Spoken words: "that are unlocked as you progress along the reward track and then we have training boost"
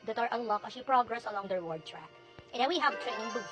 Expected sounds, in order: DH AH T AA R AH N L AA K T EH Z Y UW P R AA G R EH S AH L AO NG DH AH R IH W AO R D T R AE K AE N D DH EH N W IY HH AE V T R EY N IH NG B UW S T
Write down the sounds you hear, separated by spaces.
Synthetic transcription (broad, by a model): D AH T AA R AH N L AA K EH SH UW P R AA G R EH S AH L AO NG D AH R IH W AO R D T R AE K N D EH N W IY HH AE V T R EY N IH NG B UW